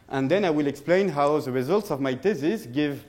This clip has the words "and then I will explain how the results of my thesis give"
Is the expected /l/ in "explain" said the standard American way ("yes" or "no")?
yes